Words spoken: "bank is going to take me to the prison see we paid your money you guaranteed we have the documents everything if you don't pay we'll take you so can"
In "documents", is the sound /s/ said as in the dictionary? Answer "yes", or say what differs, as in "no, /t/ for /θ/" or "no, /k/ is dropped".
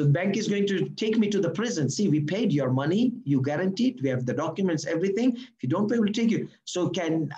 yes